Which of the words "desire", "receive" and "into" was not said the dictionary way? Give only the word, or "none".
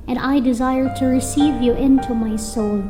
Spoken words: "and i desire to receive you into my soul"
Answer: none